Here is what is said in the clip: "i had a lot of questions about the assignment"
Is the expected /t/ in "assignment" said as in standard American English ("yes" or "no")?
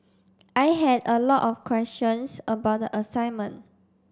no